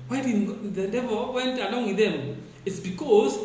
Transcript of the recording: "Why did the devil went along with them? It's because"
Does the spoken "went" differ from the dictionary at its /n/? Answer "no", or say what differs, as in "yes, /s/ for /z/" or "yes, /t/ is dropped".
no